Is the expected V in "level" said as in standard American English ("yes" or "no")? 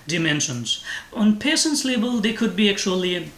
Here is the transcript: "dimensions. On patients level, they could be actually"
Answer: no